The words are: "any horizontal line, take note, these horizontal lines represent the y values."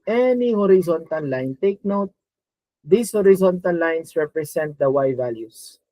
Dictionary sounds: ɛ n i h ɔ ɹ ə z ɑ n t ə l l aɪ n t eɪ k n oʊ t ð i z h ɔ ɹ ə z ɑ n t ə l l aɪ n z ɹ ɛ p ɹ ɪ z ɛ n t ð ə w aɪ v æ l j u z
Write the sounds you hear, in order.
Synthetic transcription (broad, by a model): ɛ n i h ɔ ɹ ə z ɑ n t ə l l aɪ n t eɪ k n oʊ t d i s h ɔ ɹ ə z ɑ n t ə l l aɪ n s ɹ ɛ p ɹ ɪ s ɛ n t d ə w aɪ v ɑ l j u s